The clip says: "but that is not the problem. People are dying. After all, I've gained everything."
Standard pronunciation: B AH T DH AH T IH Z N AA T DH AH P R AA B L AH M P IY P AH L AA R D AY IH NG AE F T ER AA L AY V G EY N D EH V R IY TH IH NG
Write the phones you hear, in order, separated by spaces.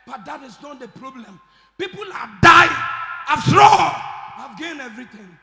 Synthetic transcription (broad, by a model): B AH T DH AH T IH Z N AA T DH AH P R AA B L AH M P IY P AH L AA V D AY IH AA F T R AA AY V G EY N EH V R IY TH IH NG